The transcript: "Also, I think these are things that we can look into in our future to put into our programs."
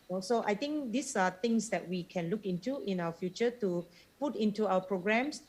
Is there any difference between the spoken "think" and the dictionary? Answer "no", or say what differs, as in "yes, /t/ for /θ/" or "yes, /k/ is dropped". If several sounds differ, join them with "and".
yes, /t/ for /θ/